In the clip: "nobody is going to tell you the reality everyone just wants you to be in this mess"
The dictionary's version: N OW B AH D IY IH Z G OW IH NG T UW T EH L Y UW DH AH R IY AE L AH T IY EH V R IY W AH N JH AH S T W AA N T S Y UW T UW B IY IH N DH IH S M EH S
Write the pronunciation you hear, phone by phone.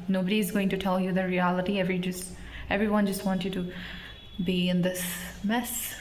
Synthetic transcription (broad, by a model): N OW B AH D IY IH Z G OW IH NG T UW T EH L Y UW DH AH R IY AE L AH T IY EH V R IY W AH N JH AH S T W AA N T Y UW T UW B IY IH N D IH S M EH S